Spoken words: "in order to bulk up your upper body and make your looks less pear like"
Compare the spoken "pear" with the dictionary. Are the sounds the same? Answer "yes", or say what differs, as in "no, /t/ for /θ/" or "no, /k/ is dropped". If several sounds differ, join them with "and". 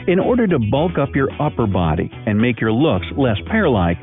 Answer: yes